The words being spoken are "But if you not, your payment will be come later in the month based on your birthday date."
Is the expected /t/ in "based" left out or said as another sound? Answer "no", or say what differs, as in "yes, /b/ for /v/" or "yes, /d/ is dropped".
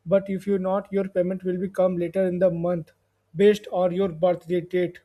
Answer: no